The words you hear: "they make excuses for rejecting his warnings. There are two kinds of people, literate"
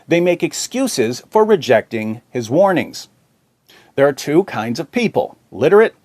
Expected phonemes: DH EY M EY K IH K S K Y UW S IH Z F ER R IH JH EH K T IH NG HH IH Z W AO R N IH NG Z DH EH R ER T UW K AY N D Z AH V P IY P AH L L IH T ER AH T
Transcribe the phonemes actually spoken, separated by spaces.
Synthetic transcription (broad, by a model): DH EY M EY K IH K S K Y UW S IH Z F ER R IH JH EH K T IH NG HH IH Z W AO R N IH NG Z DH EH R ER T UW K AY N D Z AH V P IY P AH L L IH T ER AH T